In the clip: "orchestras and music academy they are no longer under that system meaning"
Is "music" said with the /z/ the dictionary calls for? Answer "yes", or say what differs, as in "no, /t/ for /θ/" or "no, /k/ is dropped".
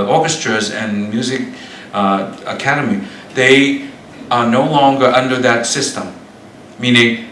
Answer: yes